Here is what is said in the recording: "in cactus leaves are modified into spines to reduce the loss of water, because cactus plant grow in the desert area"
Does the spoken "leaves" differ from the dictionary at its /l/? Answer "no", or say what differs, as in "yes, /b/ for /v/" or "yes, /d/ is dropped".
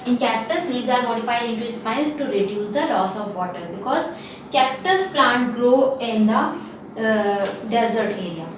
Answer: yes, /n/ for /l/